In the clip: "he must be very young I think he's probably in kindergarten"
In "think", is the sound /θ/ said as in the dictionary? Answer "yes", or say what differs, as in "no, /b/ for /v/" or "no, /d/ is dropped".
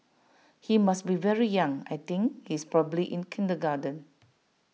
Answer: no, /t/ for /θ/